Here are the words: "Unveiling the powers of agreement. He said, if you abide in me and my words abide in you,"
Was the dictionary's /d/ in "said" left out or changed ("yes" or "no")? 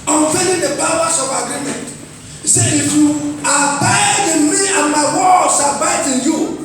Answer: yes